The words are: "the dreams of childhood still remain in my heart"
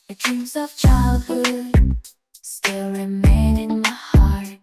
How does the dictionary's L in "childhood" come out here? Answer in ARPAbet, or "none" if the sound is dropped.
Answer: L